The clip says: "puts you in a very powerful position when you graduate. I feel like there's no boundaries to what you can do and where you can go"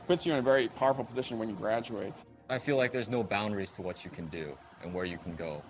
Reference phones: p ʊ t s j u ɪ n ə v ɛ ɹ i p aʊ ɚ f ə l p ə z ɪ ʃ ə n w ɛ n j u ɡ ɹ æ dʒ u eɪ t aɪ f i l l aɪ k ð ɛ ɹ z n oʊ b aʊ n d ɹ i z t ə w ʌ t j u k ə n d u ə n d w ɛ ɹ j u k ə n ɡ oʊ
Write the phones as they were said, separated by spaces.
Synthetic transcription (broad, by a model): p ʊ t s j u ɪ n ə v ɛ ɹ i p aʊ ɚ f l p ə z ɪ ʃ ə n w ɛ n j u ɡ ɹ æ dʒ u eɪ t aɪ f i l l aɪ k ð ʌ ɹ z n oʊ b aʊ n d ɹ i z t ə w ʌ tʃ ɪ k ə n d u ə n w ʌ ɹ j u k n ɡ oʊ